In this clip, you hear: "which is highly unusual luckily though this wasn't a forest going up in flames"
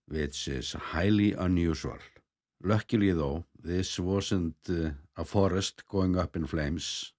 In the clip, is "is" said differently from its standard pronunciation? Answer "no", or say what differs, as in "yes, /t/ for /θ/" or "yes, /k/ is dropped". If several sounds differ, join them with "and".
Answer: yes, /s/ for /z/